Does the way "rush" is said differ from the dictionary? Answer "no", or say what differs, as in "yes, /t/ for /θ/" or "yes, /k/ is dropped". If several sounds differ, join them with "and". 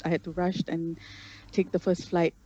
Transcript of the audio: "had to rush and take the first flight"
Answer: no